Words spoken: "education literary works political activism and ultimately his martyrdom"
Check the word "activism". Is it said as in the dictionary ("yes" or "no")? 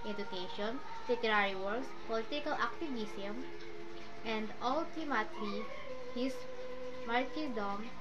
no